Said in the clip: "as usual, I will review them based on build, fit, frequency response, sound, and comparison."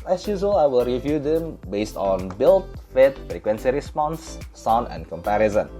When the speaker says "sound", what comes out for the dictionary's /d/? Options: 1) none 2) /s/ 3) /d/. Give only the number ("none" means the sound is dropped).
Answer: 1